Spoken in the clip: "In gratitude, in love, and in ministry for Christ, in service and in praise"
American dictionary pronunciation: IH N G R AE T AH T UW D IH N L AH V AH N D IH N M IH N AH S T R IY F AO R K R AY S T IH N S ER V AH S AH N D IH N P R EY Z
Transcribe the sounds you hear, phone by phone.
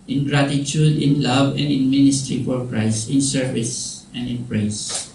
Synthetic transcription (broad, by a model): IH N G R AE T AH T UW D IH N L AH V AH N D IH N M IH N AH S T R IY F AO R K R AY S IH N S ER V AH S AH N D IH N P R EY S